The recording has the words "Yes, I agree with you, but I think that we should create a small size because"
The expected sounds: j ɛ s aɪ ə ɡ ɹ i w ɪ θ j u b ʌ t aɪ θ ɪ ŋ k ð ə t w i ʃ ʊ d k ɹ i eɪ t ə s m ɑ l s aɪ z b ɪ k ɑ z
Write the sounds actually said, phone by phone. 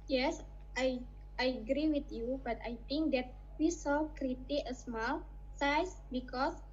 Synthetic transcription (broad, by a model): j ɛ s aɪ ə ɡ ɹ i w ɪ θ j u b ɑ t aɪ t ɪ ŋ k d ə t w i s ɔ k ɹ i t ə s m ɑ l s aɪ s b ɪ k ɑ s